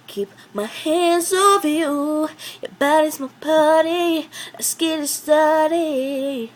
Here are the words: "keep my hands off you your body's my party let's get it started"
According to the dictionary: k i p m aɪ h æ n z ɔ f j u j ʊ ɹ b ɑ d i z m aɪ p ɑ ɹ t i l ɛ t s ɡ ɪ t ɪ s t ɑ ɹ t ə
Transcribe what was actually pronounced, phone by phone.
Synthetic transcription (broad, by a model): k i p m aɪ h æ n z ɔ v j u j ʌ b ɑ d i z m aɪ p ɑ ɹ t i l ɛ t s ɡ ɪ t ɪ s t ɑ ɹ t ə